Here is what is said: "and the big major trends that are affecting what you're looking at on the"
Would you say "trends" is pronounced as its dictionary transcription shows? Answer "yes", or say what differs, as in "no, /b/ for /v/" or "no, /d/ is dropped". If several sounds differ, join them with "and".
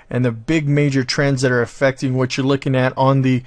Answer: yes